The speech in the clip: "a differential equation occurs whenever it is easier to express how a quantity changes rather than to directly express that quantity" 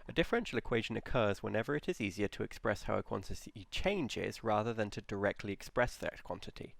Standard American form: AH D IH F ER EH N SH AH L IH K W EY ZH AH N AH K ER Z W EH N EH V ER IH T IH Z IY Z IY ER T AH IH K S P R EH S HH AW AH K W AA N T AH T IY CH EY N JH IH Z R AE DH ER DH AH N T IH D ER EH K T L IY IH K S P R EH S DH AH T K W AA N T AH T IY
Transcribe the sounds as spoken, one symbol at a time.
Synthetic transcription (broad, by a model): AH D IH F ER EH N SH AH L IH K W EY ZH AH N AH K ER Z W EH N EH V ER IH T IH Z IY Z IY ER T AH IH K S P R EH S HH AW AH K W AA N T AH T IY CH EY N JH IH Z R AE DH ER DH AH N T IH D ER EH K T L IY IH K S P R EH S DH AH T K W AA N T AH T IY